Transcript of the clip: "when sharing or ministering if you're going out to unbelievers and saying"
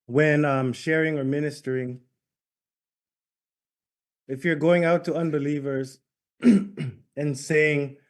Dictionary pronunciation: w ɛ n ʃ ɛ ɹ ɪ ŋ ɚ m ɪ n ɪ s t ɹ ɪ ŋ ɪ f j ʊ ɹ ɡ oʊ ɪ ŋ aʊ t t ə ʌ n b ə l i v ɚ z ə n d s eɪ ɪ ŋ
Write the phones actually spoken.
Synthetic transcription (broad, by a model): w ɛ n ʃ ɛ ɹ ɪ ŋ ɚ m ɪ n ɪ s t ɹ ɪ ŋ ɪ f j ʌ ɹ ɡ oʊ ɪ ŋ aʊ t t ə ʌ n b ə l i v ɚ z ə n s eɪ ɪ ŋ